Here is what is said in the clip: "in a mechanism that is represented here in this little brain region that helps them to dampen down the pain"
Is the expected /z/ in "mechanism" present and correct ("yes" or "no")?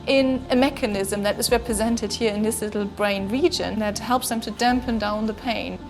yes